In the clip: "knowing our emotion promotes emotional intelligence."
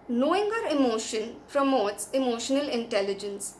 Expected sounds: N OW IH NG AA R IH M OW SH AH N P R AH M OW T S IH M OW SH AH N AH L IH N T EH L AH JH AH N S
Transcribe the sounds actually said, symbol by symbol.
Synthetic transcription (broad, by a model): N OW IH NG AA R IH M OW SH AH N P R AH M OW T S IH M OW SH AH N AH L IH N T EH L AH JH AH N S